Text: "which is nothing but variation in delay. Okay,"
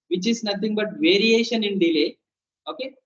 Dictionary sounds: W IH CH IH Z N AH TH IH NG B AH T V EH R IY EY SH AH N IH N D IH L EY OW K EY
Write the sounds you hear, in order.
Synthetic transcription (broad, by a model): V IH CH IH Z N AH T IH NG B AH T V EH R IY EY SH AH N IH N D IH L EY OW K EY